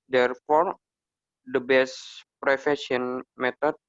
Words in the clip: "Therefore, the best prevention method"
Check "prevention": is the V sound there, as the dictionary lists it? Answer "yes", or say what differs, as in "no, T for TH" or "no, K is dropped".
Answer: no, F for V